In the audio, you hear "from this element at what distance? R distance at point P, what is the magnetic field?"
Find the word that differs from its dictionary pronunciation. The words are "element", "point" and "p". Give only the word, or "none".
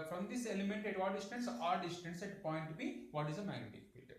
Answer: p